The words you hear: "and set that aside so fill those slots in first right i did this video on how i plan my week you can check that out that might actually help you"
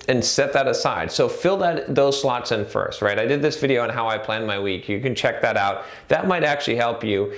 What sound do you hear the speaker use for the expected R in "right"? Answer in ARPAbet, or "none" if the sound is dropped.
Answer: R